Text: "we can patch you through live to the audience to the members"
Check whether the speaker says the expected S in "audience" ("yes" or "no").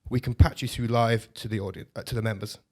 no